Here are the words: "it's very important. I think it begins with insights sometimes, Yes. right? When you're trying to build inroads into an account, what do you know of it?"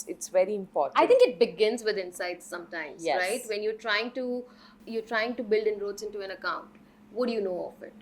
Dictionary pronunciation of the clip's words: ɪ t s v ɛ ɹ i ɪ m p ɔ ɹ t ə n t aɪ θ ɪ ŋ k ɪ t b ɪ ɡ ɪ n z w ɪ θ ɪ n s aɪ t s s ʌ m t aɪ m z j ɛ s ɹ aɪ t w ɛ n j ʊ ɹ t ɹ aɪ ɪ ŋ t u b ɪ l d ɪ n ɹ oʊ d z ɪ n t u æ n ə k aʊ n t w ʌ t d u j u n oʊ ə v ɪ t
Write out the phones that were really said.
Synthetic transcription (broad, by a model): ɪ t s v ɛ ɹ i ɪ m p ɔ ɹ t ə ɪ t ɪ ŋ k ɪ t b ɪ ɡ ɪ n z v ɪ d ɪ n s aɪ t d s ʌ m t aɪ m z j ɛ ɹ aɪ t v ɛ n j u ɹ t ɹ aɪ ɪ ŋ t u b ɪ l d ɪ n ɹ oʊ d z ɪ n t u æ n ə k aʊ n t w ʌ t d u j u n oʊ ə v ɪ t